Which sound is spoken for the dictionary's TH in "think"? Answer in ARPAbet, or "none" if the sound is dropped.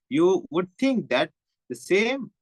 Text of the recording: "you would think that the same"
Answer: T